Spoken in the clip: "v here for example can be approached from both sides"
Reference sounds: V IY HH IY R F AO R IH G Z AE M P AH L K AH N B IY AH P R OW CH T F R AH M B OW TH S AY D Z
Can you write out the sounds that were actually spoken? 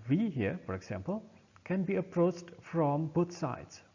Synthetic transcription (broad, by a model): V IY HH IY R F AO R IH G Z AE M P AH L K AH N B IY AH P R OW CH T F R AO M B OW T S AY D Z